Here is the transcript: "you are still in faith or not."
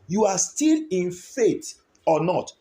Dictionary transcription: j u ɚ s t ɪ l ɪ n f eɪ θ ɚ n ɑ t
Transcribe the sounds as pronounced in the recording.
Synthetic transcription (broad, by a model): j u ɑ s t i l ɪ n f eɪ t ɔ n ɑ t